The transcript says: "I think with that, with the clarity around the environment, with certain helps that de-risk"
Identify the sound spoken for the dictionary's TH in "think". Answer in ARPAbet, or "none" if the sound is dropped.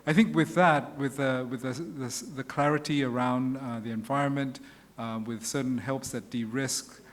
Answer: TH